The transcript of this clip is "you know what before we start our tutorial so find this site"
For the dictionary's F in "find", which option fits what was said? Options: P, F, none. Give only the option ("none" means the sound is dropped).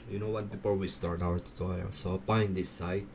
P